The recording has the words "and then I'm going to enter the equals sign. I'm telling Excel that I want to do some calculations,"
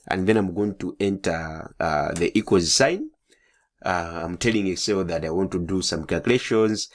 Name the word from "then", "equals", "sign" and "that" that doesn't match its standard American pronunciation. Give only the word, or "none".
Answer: equals